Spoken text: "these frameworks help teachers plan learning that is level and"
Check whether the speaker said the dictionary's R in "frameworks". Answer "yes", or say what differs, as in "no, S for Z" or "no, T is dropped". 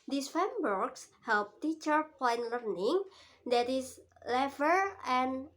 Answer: no, R is dropped